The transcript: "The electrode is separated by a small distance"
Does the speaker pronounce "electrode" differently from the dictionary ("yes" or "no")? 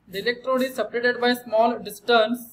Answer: no